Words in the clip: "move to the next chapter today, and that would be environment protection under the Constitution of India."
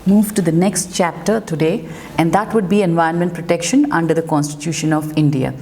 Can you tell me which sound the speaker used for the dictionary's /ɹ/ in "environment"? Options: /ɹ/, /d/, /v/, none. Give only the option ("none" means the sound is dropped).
none